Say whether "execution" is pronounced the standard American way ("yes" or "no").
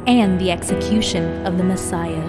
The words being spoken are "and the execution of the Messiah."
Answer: yes